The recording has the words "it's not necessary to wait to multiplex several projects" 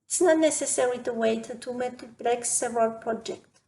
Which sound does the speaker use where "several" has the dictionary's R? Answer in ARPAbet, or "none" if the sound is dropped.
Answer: none